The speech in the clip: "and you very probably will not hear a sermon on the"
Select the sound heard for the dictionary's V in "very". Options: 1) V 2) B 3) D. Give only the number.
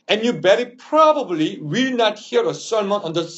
2